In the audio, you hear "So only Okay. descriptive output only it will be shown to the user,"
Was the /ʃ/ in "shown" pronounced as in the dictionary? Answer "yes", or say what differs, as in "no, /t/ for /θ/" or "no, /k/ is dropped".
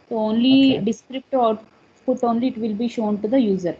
yes